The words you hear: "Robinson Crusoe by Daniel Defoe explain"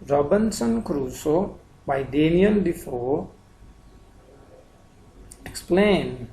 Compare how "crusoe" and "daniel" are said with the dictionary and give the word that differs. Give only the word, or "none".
daniel